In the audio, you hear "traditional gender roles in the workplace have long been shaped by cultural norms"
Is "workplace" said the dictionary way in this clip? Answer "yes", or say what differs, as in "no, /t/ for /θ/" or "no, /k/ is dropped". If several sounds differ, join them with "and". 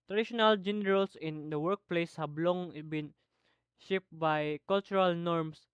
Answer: yes